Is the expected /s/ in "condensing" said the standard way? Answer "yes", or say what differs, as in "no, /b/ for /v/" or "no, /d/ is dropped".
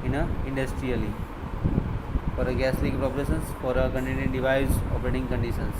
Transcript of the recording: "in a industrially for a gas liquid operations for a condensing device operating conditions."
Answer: no, /s/ is dropped